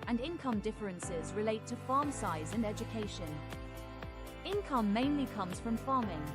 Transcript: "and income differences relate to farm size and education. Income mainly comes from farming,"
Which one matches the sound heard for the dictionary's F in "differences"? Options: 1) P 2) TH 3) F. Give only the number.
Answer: 3